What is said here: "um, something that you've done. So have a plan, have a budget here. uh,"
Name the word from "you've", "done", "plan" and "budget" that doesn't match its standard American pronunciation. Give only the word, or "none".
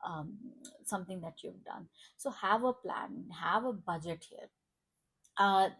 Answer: none